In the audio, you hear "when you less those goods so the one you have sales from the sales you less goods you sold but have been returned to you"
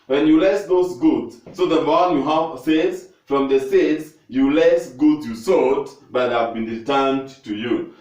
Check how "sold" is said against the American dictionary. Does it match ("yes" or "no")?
no